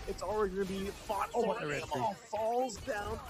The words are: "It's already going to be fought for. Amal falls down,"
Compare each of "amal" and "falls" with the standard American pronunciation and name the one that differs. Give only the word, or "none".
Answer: amal